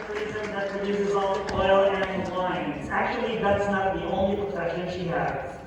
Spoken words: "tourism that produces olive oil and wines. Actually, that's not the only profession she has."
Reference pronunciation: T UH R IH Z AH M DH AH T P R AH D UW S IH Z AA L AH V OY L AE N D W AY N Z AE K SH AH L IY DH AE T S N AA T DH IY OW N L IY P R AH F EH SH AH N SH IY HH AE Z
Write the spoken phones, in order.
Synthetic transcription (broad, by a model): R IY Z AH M DH AH T P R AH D UW S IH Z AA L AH OY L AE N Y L AY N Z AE K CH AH L IY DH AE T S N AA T DH IY OW N L IY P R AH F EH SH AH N SH IY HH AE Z